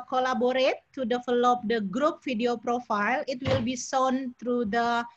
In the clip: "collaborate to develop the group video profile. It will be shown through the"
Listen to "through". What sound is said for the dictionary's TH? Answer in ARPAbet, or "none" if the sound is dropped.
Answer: T